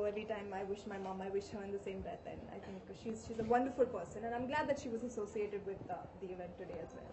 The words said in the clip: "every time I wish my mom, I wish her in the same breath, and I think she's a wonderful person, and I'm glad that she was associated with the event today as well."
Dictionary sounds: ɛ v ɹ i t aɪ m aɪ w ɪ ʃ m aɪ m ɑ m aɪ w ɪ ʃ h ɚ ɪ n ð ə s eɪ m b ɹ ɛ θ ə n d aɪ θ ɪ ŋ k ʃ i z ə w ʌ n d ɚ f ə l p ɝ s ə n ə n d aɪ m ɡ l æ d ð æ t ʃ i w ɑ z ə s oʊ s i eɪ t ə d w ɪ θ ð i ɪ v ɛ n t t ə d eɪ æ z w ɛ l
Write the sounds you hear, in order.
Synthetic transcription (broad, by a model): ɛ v ɹ i t aɪ m aɪ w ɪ ʃ m aɪ m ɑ m aɪ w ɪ ʃ h ɚ ɪ n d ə s eɪ m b ɛ t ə n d aɪ t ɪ ŋ k ʃ i z ə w ʌ n d ɚ f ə l p ɝ s ə n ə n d aɪ m ɡ l æ d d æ t ʃ i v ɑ z ə s oʊ s i eɪ t ə d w ɪ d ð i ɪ v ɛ n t t ə d eɪ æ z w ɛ l